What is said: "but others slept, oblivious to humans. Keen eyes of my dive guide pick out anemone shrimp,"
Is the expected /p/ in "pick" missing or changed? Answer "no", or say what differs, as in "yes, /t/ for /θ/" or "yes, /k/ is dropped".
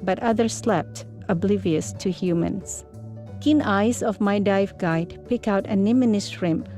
no